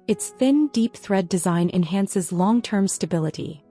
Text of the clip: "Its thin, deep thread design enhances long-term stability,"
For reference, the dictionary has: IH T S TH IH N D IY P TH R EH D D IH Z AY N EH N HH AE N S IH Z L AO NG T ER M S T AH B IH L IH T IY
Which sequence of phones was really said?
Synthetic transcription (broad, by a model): IH T S TH IH N D IY P TH R EH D D IH Z AY N EH N HH AE N S IH Z L AO NG T ER M S T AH B IH L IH T IY